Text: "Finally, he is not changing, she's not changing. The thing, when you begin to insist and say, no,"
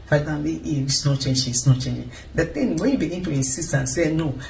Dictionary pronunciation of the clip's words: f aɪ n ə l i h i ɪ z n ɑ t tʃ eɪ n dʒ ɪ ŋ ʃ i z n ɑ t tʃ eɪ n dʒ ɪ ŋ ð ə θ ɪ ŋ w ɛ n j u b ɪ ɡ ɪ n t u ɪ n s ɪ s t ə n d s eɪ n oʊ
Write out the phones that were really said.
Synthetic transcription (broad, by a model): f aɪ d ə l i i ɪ s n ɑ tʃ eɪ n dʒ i s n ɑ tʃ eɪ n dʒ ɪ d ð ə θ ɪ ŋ w ɛ n j u b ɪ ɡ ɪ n t u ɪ n s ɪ s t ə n s eɪ n oʊ